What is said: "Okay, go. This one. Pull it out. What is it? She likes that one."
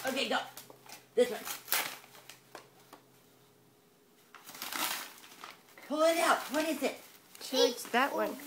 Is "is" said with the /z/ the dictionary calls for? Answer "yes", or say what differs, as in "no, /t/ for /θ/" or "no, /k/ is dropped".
no, /s/ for /z/